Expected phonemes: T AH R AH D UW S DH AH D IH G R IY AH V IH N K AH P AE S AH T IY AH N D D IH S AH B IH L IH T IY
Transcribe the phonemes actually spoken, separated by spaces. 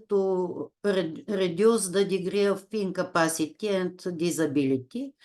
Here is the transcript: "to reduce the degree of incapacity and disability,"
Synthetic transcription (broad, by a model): T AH R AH D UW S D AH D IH G R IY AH F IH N K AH P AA S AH T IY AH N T D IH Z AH B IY L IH T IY